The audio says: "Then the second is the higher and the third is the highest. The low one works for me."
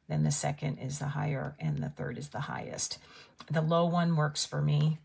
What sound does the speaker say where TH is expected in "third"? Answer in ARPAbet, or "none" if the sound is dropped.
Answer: TH